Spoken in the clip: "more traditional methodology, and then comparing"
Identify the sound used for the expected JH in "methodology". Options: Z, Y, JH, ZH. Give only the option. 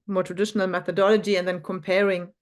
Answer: JH